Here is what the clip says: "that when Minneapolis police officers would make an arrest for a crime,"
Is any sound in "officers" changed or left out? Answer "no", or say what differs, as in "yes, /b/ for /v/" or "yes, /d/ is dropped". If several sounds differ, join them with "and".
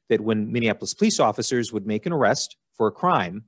no